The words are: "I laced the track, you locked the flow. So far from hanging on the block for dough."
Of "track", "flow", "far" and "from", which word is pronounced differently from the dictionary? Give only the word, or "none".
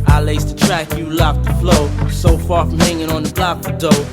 none